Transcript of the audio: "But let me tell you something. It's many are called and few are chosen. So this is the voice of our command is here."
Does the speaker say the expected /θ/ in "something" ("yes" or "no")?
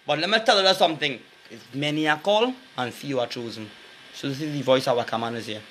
yes